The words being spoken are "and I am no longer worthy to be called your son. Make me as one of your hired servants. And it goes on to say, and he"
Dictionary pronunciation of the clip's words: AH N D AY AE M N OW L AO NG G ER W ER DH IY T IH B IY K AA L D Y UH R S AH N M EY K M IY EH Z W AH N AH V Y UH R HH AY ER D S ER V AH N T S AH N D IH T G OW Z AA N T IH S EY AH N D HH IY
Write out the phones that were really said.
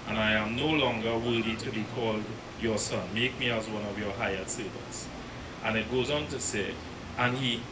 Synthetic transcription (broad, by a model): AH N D AY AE M N OW L AO NG G ER W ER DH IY T IH B IY K AA L D Y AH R S AH N M EY K M IY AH Z W AH N AH V Y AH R HH AY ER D S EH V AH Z T AH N IH T G OW Z AA N T IH S EY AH N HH IY